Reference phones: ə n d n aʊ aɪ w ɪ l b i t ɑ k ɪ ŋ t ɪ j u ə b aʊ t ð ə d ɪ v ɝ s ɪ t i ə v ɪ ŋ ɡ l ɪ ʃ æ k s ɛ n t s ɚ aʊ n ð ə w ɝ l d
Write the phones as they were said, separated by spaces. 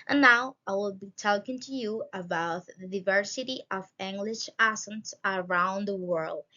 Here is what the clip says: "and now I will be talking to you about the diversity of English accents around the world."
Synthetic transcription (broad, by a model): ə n n aʊ aɪ w ɪ l b i t ɑ k ɪ ŋ t ɪ j u ə b aʊ t ð ə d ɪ v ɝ s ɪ t i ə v ɪ ŋ ɡ l ɪ ʃ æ s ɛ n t s ɚ aʊ n ð ə w ɝ l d